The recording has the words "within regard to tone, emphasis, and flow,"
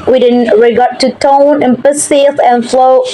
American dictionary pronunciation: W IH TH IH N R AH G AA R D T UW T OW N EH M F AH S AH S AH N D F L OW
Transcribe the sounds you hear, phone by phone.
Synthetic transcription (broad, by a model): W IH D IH N R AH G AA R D T UW T OW N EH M P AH S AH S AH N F L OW